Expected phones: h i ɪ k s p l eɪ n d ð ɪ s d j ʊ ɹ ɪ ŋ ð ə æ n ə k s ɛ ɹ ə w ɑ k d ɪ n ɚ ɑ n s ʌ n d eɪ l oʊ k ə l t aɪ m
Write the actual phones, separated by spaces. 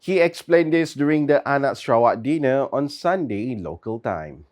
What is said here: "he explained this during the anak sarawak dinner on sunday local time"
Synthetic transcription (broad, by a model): h i ɪ k s p l eɪ n d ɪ s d j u ɹ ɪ ŋ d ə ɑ n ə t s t ɹ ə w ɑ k d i n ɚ ɑ n s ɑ n d eɪ l oʊ k ə l t aɪ m